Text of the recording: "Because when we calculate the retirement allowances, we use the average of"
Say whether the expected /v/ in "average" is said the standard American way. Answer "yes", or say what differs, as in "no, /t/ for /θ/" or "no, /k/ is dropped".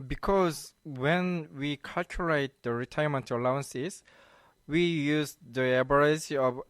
no, /b/ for /v/